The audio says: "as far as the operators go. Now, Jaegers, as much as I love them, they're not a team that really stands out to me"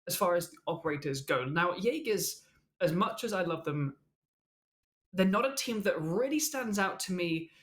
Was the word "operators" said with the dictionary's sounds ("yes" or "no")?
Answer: yes